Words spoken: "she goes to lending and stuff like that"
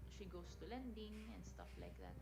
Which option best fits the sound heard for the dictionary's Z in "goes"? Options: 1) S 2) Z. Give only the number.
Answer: 1